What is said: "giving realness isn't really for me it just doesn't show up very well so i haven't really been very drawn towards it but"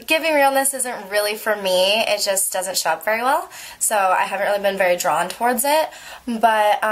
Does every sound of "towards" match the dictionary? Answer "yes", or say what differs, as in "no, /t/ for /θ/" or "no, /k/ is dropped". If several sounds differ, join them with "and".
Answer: yes